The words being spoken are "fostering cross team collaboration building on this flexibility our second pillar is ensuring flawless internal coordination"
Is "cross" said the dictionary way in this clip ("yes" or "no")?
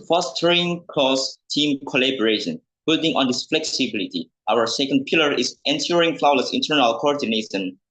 no